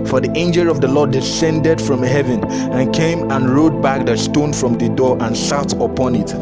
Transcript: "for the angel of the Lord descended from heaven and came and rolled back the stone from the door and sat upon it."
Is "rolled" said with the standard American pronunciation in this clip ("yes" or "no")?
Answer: no